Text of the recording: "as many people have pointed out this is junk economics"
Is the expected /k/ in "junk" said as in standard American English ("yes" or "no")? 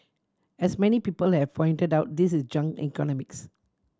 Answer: no